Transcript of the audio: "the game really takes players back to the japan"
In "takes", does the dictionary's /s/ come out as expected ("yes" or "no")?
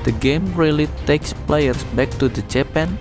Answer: yes